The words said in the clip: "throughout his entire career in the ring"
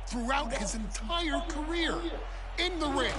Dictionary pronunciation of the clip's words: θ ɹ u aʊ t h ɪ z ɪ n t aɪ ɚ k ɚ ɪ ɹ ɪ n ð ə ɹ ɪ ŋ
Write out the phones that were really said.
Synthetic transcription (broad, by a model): θ ɹ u aʊ t h ɪ z ɪ n t aɪ ɚ k ɚ ɪ ɹ ɪ n ð ə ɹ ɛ